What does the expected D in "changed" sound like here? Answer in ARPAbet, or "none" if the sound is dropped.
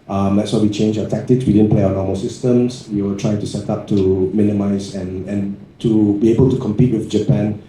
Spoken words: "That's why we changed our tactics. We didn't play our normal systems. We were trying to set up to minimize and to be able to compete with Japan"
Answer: none